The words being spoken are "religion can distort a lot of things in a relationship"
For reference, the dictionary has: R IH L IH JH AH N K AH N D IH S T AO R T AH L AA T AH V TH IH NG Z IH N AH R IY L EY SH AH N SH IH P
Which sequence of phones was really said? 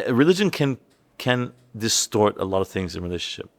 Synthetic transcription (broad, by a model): R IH L IH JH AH N K AH N D IH S T AO R T AH L AA T AH V TH IH NG Z IH N R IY L EY SH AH N SH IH P